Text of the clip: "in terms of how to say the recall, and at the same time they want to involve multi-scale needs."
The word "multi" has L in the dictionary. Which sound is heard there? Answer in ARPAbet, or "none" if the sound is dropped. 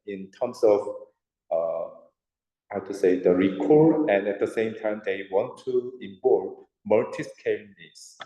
none